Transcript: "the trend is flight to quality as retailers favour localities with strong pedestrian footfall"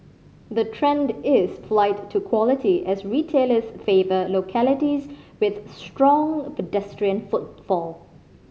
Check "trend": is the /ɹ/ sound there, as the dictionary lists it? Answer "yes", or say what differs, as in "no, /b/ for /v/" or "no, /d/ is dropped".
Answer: yes